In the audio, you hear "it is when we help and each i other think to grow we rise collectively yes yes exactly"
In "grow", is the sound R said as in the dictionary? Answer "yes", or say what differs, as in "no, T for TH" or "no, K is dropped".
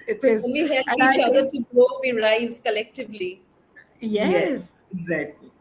no, R is dropped